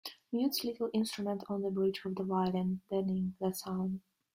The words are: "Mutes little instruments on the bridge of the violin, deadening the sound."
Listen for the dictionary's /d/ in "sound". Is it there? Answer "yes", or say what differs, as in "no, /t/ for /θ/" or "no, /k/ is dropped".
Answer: no, /d/ is dropped